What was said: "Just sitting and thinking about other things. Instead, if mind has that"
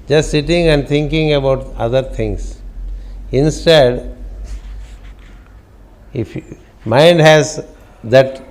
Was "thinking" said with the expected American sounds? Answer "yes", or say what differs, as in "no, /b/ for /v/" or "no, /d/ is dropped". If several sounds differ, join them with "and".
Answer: no, /t/ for /θ/